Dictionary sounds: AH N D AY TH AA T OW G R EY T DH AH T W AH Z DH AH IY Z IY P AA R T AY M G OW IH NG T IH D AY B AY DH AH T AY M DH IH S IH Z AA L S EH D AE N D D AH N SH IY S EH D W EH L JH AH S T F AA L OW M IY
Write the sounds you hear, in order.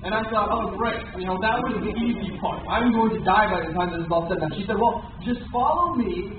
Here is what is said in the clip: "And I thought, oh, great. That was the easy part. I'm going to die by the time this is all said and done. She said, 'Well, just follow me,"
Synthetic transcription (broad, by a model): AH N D AY S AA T OW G R EY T DH AH T W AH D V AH IY Z IY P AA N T AY M G OW IH NG T IH D AY B AY DH AH T AY M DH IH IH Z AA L S EH D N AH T SH IY S EH D W EH L JH AH S T F AA L OW M IY